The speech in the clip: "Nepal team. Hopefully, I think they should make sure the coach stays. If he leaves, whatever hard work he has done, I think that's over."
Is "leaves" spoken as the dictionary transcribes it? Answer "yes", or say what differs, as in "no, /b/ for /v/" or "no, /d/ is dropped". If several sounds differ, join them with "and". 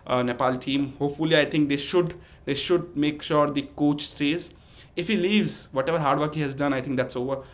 yes